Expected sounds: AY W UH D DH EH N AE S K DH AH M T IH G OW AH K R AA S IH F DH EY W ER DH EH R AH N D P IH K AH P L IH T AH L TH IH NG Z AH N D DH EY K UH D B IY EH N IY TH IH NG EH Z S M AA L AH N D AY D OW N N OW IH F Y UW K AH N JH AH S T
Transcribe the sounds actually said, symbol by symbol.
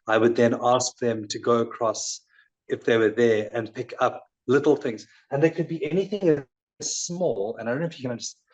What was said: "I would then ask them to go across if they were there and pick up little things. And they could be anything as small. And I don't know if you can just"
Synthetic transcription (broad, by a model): AY W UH D DH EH N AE S K DH AH M T IH G OW AH K R AA S IH F DH EY W ER DH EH R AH N P IH K AH P L IH T L TH IH NG Z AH N DH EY K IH D B IY EH N IY TH IH NG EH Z S M AA L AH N AY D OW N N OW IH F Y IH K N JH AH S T